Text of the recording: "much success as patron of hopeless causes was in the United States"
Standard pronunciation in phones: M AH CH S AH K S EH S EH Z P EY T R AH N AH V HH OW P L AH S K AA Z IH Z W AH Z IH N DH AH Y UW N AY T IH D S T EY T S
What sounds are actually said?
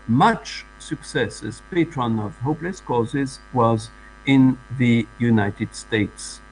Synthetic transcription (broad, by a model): M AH CH S AH K S EH S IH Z P EY T R AH N AH V HH OW P L AH S K AA Z IH Z W AH Z IH N DH AH Y UW N AY T IH D S T EY T S